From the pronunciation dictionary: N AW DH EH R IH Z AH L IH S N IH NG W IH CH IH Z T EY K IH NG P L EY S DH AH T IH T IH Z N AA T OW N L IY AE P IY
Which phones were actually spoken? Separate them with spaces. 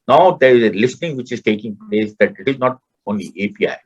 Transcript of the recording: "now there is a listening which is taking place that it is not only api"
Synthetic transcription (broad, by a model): N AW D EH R IH Z AH L IH S N IH NG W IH CH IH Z T EY K IH NG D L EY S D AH T IH T IH Z N AA T OW N L IY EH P IY